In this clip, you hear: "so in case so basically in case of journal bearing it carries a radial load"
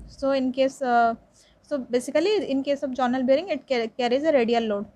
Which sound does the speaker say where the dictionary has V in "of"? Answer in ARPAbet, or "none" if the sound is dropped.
B